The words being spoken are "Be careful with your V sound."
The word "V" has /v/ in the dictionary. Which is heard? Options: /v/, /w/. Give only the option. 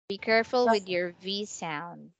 /v/